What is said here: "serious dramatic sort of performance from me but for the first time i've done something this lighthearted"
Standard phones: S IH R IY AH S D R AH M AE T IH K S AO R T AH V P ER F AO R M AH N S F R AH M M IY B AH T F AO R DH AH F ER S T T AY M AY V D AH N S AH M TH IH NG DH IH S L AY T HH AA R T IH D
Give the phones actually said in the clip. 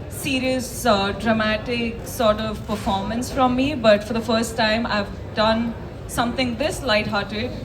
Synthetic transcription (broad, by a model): S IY R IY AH S D R AH M AE T IH K S AO R T AH V P ER F AO R M AH N S F R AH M M IY B AH T F AO R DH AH F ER S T T AY M AY V D AH N S AH M T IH NG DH IH S L AY T HH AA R T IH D